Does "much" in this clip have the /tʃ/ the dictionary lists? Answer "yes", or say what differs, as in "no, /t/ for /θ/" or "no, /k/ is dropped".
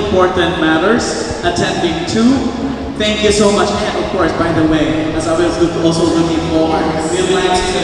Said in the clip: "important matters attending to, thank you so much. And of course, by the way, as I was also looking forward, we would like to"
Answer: yes